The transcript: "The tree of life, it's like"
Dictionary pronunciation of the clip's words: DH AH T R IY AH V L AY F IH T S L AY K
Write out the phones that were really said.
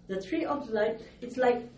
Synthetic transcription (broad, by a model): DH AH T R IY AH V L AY P IH T S L AY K